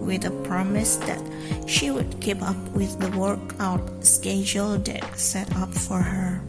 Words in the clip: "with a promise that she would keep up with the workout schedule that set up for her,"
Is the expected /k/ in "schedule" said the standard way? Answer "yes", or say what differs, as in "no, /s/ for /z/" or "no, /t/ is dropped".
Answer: yes